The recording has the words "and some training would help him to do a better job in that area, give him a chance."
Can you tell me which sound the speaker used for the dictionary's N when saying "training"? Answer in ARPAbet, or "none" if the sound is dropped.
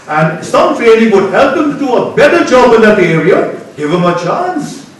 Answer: L